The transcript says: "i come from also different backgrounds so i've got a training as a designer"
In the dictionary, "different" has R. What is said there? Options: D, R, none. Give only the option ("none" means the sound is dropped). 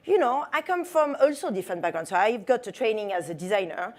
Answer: none